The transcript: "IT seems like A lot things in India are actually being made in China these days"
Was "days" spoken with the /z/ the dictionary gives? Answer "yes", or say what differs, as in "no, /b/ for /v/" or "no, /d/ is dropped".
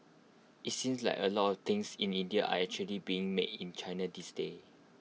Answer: no, /z/ is dropped